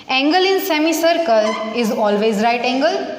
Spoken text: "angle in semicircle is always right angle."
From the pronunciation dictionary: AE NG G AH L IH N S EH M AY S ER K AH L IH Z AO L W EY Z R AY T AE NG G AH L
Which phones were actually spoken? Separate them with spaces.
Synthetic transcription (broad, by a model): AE NG G AH L IH N S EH M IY S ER K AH L IH Z AO L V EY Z R AY T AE NG G AH L